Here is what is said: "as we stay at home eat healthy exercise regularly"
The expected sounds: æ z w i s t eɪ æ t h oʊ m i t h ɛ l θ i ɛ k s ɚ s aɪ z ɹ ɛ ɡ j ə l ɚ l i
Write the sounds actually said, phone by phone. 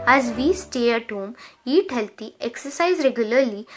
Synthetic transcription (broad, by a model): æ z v i s t eɪ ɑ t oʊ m i t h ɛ l t i ɛ k s ɚ s aɪ z ɹ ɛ ɡ j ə l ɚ l i